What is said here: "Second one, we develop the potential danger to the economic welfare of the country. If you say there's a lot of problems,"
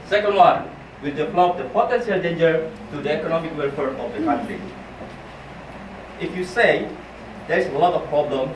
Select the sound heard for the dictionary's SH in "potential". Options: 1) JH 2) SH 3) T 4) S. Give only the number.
4